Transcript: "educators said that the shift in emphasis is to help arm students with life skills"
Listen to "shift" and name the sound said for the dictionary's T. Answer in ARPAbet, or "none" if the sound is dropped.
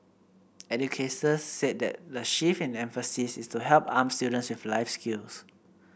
none